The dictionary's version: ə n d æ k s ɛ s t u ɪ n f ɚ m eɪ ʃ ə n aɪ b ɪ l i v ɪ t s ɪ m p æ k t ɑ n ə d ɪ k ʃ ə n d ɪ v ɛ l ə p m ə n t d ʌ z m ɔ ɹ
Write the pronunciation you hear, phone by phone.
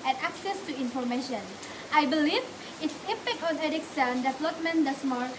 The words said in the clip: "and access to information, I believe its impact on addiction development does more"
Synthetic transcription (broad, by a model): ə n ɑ k s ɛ s t u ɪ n f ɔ m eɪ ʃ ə n aɪ b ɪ l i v ɪ t s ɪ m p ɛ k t ɑ n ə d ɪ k s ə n d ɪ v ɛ l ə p m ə n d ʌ s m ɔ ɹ